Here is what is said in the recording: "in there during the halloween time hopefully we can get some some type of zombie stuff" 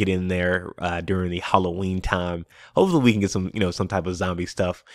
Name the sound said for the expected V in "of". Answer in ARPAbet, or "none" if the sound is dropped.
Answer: V